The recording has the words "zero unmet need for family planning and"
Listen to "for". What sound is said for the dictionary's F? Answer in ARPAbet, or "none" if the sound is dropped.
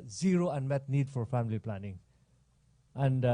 F